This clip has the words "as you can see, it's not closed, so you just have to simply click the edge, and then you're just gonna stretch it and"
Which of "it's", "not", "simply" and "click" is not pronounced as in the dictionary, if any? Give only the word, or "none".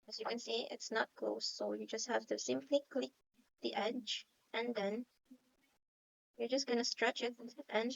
none